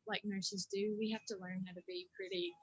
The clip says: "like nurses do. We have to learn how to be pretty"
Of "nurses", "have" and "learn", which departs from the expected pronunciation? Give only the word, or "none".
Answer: have